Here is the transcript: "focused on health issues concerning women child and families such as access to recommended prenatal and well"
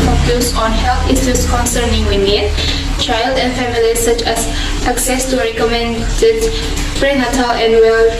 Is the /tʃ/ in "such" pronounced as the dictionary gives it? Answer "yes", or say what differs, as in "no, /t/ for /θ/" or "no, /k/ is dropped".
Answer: yes